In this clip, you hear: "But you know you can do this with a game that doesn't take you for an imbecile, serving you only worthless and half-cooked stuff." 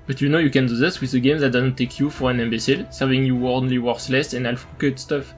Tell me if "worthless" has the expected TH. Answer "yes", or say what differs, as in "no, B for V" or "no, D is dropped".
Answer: no, S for TH